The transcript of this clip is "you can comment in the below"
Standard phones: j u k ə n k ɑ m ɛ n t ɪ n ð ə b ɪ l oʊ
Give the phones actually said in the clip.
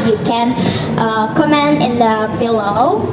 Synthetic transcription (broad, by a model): j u k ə n k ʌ m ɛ n ɪ n ð ə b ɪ l oʊ